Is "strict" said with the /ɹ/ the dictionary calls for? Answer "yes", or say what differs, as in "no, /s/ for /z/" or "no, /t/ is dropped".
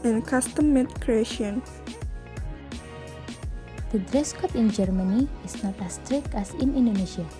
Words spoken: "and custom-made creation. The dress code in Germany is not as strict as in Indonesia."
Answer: yes